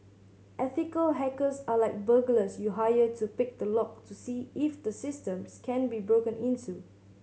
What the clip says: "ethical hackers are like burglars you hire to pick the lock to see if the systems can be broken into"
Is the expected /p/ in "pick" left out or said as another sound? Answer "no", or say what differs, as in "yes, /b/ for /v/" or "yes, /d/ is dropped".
no